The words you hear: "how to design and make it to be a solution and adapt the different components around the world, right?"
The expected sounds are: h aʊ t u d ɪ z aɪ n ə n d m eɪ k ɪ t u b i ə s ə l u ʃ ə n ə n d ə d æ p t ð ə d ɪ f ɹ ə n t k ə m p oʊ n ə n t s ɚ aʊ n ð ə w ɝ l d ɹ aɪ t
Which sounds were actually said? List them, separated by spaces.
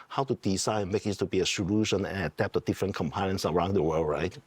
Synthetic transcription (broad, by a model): h aʊ t u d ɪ s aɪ ə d m eɪ k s t u b i ə s ə l u ʃ ə n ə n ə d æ p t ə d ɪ f ɹ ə n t k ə m p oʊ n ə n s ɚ aʊ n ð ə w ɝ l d ɹ aɪ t